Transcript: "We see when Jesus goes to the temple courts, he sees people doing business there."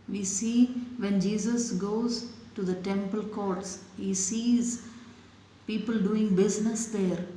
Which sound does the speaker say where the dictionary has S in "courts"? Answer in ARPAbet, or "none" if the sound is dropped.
S